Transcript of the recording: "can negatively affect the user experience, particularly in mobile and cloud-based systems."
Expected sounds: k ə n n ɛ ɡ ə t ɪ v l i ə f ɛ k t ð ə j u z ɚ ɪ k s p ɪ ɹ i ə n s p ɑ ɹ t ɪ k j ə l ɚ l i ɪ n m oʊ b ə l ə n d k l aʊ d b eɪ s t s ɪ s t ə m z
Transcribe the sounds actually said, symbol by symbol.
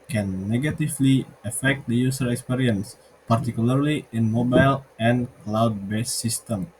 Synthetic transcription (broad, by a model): k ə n n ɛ ɡ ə t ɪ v l i ə f ɛ k t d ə j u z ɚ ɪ k s p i ɹ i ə n s p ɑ ɹ t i k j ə l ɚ l i ɪ n m oʊ b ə l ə n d k l aʊ d b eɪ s s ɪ s t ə m